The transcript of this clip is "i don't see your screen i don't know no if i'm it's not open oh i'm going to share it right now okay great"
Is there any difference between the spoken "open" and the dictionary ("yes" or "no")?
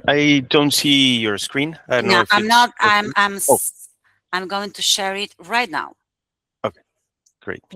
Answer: yes